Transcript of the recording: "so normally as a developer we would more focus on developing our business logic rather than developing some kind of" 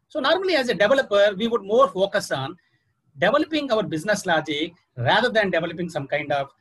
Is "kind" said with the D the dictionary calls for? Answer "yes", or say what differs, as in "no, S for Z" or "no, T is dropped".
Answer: yes